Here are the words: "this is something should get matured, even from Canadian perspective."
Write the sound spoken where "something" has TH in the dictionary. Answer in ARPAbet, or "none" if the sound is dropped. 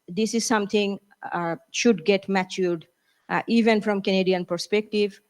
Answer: T